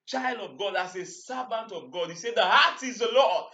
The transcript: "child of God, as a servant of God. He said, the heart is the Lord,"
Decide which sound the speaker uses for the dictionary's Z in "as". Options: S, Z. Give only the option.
S